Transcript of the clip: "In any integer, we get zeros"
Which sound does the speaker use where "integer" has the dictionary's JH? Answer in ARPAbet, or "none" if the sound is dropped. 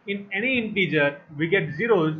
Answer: JH